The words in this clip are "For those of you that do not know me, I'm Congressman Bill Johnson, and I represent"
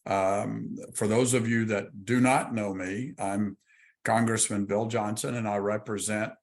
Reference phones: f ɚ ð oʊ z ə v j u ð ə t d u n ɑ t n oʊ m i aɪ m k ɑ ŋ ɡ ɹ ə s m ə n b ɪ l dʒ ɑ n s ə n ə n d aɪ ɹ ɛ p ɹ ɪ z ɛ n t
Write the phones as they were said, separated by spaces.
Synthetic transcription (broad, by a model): f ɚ ð oʊ z ə v j u ð ə t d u n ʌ t n oʊ m i aɪ m k ɑ ŋ ɡ ɹ ə s m ə n b ɪ l dʒ ɑ n s ə n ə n aɪ ɹ ɛ p ɹ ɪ z ɛ n t